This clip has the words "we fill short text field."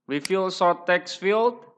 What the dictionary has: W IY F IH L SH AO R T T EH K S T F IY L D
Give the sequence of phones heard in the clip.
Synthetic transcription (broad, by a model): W IY F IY L S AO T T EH K S F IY L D